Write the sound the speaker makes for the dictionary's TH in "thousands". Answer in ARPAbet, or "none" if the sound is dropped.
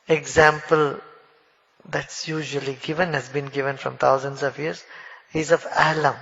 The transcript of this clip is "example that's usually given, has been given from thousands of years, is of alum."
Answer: T